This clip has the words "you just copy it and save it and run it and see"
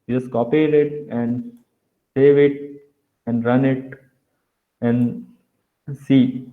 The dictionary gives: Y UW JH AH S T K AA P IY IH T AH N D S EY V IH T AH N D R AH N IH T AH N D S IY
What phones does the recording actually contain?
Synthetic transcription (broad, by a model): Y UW JH AH S T K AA P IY IH T AH N D S EY V IH T AH N D R AH N IH T AH N D S IY